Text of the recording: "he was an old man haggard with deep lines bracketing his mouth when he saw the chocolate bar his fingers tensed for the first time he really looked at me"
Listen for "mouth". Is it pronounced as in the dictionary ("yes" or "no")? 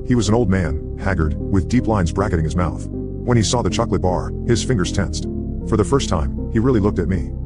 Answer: yes